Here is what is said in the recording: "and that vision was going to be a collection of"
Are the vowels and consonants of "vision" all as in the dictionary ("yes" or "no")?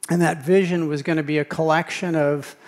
yes